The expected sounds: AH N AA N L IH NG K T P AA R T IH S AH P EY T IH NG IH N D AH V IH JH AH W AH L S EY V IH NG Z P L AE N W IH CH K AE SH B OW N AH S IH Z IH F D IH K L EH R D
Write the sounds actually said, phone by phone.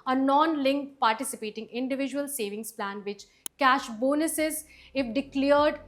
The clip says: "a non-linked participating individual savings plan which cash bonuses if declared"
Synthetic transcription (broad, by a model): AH N AA N L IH NG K P AA R T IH S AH P EY T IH NG IH N D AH V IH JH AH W AH L S EY V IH NG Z P L AE N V IH CH K AE SH B OW N AH S IH Z IH F D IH K L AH R D